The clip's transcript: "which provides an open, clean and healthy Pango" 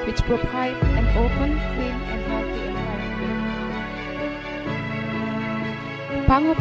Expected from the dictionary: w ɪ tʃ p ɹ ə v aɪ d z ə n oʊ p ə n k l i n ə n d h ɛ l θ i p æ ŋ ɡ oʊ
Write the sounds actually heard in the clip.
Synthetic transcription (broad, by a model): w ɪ tʃ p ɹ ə p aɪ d ə n oʊ p ə n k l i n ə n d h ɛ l t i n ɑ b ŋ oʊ